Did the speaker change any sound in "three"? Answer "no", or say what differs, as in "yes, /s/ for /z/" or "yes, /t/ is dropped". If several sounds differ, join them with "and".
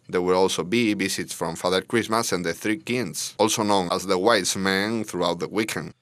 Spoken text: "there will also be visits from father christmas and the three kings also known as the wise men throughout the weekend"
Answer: no